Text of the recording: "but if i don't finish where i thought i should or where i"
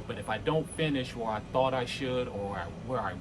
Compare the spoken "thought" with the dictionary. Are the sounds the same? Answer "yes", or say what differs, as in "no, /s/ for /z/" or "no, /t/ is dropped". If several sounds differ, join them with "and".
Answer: yes